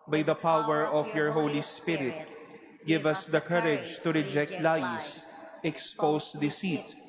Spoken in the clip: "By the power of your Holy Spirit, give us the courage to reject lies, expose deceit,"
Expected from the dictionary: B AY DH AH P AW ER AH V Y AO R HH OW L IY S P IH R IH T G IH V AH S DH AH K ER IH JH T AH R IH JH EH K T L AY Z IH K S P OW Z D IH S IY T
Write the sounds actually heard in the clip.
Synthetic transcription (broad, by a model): B AY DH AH P AW ER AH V Y AO R HH OW L IY S P IH R IH T G IH V AH S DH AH K ER IH JH T AH R IH JH EH K T L AY S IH K S P OW S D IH S IY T